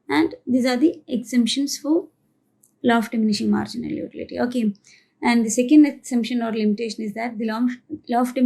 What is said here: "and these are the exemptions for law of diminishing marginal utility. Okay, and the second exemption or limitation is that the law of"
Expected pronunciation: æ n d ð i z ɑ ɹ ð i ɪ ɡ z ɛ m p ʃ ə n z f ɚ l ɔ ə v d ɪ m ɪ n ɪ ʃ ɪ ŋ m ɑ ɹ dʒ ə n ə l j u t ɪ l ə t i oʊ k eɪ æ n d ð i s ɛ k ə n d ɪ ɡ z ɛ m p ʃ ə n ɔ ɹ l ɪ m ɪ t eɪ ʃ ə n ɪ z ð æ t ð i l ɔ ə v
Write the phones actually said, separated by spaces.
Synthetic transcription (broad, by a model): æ n d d i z ɑ ɹ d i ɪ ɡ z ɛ m p ʃ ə n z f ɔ l ɔ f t d ɪ m ɪ n ɪ ʃ ɪ ŋ m ɑ ɹ dʒ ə n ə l j u t ɪ l ə t i oʊ k eɪ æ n d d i s ɛ k ə n d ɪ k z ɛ m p ʃ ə n ɔ ɹ l ɪ m ɪ t eɪ ʃ ə n ɪ z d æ t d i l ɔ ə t